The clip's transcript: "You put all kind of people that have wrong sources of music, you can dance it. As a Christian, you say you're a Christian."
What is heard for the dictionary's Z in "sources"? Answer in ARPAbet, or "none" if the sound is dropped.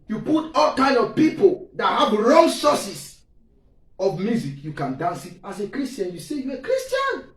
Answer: S